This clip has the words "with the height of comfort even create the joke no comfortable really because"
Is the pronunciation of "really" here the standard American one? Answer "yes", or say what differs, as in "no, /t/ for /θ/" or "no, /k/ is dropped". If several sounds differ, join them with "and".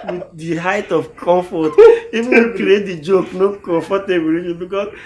no, /l/ is dropped